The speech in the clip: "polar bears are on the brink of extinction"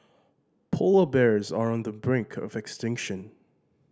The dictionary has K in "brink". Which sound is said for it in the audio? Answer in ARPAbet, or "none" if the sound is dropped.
K